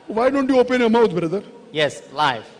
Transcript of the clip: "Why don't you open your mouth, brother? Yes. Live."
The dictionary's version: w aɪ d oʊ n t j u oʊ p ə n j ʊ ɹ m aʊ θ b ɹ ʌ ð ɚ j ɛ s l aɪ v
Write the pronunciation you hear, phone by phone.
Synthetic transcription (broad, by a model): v aɪ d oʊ n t j u oʊ p ə n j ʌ m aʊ t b ɹ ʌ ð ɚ j ɛ s l aɪ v